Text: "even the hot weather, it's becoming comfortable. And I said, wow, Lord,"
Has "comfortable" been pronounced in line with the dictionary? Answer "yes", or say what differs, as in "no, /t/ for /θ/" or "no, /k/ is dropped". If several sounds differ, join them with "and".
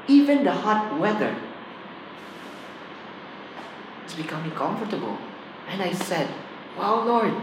yes